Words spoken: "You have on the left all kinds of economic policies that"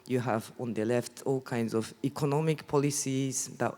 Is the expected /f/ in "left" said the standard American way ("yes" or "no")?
yes